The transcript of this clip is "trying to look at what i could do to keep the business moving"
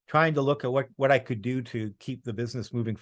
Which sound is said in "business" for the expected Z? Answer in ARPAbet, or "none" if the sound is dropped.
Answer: Z